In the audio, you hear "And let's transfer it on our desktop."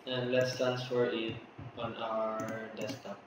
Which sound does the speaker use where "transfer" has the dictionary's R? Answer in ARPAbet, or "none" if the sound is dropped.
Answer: none